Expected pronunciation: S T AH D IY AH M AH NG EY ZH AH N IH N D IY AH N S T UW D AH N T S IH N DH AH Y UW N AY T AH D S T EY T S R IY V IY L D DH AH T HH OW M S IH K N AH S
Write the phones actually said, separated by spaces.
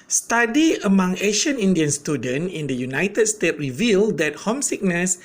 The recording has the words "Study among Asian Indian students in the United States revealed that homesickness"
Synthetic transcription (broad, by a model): S T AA D IY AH M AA NG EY SH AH N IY N D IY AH N S T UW D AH N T IH N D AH Y UW N AY T AH D S T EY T R IY V IY L D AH T HH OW M S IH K N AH S